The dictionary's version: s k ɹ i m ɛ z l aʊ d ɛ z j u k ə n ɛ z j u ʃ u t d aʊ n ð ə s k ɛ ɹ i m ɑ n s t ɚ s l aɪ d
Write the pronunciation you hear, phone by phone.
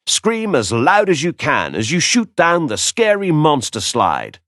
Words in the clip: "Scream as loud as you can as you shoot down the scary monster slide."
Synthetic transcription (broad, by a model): s k ɹ i m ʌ z l aʊ d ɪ z j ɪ k ə n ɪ z j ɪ ʃ u t d aʊ n ð ə s k ɛ ɹ i m ɑ n s t ɚ s l aɪ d